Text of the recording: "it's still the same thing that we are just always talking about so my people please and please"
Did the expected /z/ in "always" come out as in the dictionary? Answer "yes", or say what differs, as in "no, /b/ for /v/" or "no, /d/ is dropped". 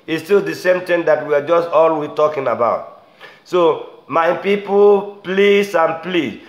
no, /z/ is dropped